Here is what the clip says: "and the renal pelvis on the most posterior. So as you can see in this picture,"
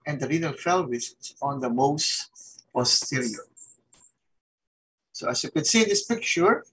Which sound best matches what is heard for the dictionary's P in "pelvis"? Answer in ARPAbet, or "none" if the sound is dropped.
F